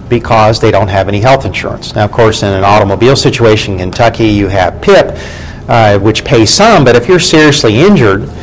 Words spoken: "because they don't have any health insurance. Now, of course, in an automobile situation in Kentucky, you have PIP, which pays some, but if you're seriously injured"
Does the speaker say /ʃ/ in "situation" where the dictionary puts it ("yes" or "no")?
no